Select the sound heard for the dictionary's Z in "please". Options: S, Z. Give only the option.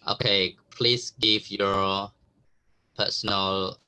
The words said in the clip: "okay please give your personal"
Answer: S